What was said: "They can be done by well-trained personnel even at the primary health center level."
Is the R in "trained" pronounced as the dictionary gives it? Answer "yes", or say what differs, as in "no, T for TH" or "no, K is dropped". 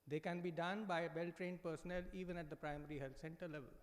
yes